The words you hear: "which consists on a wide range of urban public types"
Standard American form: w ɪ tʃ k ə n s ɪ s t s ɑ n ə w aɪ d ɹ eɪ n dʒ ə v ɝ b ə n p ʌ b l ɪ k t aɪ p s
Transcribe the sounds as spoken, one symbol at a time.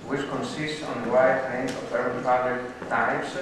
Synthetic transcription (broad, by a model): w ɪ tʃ k ə n s ɪ s t s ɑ n ə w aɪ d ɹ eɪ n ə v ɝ ə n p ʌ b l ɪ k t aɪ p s